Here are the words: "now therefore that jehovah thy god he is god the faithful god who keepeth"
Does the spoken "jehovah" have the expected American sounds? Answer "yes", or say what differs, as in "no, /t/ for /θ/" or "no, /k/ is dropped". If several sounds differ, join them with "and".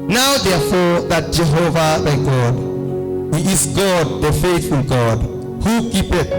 yes